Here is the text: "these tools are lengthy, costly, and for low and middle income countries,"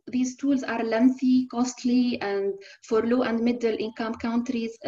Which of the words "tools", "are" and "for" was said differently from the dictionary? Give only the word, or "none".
none